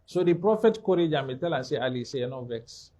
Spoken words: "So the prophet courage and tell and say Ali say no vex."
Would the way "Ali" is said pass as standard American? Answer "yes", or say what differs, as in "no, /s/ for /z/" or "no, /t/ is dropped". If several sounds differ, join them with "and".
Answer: yes